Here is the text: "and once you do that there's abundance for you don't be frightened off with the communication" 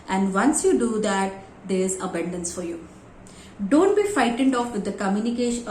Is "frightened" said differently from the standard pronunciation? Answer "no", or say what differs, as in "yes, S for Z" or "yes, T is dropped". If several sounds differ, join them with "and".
yes, R is dropped